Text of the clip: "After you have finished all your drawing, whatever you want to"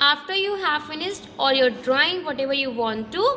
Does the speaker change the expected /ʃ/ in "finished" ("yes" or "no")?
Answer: yes